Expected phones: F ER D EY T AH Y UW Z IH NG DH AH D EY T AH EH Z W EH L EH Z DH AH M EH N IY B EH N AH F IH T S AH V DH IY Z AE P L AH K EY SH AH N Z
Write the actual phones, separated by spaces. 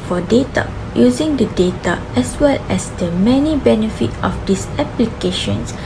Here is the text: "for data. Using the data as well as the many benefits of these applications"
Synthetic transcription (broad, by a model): F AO D EY T AH Y UW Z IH NG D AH D EY T AH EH S W EH L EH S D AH M EH N IY B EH N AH F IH T AH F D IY S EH P L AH K EY SH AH N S